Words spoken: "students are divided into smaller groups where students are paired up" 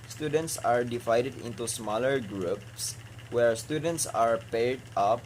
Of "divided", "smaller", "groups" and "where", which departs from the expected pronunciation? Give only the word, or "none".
none